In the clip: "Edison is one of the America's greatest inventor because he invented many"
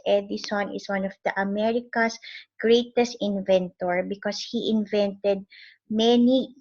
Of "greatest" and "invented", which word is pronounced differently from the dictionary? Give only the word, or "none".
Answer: none